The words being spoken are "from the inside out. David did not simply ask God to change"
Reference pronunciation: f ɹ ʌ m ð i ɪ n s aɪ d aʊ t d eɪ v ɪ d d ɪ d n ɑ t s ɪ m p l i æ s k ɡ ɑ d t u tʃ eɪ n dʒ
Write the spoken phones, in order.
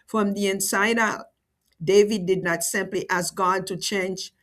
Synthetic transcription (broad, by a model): f ɹ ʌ m ð i ɪ n s aɪ d aʊ t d eɪ v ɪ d d ɪ d n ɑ t s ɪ m p l i æ s k ɡ ɑ d t u tʃ eɪ n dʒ